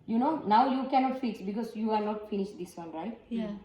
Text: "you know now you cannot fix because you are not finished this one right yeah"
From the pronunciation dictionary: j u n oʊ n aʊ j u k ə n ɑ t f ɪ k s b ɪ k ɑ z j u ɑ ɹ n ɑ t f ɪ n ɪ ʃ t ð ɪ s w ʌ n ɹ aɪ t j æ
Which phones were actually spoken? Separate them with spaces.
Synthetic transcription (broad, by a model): j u n oʊ n aʊ j u k ə n ɑ t f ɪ s b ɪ k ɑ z j u ɑ ɹ n ɑ t f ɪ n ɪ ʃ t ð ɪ s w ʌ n ɹ aɪ t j